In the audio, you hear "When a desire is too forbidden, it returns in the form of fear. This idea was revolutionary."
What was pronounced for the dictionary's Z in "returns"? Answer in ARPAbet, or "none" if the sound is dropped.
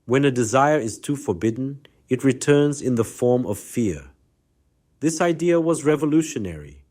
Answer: Z